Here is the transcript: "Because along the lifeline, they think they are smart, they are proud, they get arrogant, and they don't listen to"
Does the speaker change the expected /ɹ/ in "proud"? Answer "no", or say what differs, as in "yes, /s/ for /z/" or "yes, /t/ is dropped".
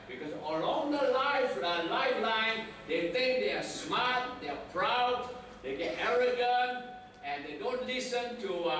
no